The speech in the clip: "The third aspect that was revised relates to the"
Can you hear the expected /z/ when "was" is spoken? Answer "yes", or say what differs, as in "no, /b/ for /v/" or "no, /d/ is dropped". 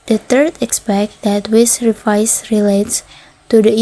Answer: no, /s/ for /z/